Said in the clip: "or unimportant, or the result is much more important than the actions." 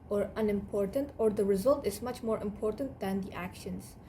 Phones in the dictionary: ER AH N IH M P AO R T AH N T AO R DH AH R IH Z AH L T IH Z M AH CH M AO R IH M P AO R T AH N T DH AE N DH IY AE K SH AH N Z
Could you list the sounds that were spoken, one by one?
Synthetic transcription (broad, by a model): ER AH N IH M P AO R T AH N T AO R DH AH R IH Z AH L T IH Z M AH CH M AO R IH M P AO R T AH N T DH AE N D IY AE K SH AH N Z